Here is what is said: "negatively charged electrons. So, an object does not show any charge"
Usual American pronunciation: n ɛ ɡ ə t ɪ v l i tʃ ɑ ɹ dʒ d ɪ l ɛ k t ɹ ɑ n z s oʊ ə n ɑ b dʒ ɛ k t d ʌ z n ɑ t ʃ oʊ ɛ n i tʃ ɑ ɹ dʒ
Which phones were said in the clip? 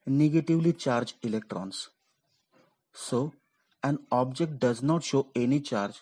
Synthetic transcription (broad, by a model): n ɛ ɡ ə t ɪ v l i tʃ ɑ ɹ dʒ ɪ l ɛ k t ɹ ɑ n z s oʊ ə n ɑ b dʒ ɛ k t d ʌ z n ɑ t ʃ oʊ ɛ n i tʃ ɑ ɹ dʒ